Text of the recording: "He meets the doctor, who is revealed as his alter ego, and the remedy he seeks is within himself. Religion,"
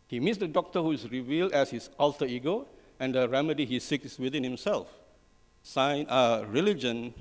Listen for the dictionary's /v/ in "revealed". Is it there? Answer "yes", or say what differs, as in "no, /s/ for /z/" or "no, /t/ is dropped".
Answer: yes